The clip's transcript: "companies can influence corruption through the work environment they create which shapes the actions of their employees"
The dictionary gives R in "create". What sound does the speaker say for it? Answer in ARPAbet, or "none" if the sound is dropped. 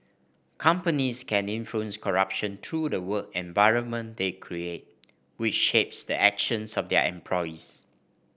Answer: R